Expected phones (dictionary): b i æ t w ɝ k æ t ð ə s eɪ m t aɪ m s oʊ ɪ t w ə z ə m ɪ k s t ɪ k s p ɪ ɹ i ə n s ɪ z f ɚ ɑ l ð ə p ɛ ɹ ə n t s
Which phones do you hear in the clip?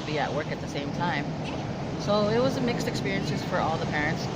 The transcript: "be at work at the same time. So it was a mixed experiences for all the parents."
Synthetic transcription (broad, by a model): b i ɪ t w ɝ k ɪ t ð ə s eɪ m t aɪ m s oʊ ɪ t w ə z ə m ɪ k s t ɪ k s p ɪ ɹ i ə n s ɪ z f ɚ ɑ l ð ə p ɛ ɹ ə n t s